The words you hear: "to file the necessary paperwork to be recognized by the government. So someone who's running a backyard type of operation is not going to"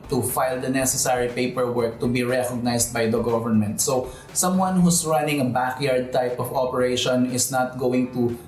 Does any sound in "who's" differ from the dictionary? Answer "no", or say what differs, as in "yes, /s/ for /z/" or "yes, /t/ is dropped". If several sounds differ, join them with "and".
yes, /s/ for /z/